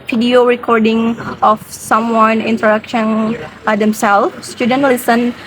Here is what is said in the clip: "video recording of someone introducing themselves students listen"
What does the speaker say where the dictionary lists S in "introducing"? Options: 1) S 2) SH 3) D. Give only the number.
2